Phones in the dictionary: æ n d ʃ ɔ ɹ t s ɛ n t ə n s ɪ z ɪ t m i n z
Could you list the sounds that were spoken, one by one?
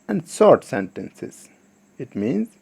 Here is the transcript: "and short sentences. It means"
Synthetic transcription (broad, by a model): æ n d s ɔ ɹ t s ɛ n t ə n s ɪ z ɪ t m i n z